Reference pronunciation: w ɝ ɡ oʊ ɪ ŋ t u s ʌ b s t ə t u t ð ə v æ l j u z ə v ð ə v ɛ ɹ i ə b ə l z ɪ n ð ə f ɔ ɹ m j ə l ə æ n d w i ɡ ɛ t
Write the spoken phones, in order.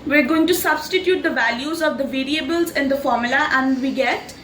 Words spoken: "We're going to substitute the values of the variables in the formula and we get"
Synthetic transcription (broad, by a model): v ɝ ɡ oʊ ɪ ŋ t u s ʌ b s t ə t u t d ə v æ l j u z ə v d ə v ɛ ɹ i ə b ə l z ɪ n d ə f ɔ ɹ m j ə l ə æ n d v i ɡ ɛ t